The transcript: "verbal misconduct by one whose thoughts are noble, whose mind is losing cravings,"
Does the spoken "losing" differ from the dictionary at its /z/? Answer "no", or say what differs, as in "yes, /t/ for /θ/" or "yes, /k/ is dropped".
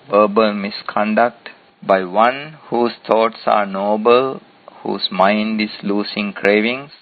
yes, /s/ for /z/